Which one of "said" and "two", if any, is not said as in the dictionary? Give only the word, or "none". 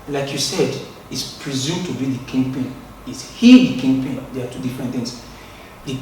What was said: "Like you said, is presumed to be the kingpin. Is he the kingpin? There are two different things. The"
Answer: none